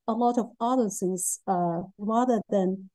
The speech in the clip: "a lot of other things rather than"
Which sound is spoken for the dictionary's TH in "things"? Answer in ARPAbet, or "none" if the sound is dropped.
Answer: S